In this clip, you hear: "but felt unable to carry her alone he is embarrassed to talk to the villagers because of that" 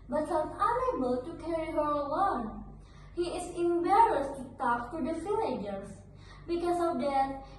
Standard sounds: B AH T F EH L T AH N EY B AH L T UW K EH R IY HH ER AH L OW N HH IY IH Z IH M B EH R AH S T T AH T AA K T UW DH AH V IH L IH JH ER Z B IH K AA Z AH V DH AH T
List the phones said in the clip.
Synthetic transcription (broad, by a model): B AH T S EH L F AH N EY B AH L T UW K EH R IY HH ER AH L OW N HH IY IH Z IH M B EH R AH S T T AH T AA K T UW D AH F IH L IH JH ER S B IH K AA S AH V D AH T